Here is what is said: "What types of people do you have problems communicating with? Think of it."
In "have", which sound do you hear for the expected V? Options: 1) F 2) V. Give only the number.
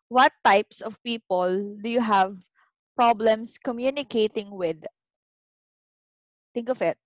2